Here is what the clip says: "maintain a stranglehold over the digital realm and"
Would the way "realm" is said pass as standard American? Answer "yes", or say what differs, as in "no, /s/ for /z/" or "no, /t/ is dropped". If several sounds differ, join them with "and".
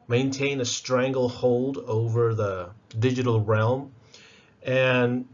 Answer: yes